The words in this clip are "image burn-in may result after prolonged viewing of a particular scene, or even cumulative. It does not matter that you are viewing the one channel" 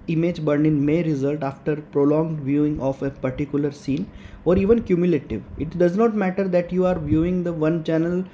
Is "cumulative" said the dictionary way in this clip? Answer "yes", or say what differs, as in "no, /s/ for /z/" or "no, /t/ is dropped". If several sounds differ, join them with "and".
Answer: yes